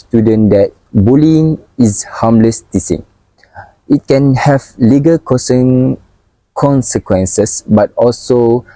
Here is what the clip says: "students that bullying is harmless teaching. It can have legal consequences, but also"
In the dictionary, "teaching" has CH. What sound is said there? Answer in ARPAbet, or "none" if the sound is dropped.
S